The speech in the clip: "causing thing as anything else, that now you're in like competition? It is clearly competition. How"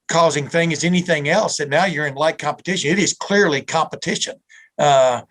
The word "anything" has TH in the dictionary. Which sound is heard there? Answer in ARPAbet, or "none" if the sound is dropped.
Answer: TH